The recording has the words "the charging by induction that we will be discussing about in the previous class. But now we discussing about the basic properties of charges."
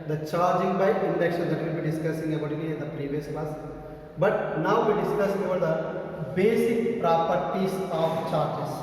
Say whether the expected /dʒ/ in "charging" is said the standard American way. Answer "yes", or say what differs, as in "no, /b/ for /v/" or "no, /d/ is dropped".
yes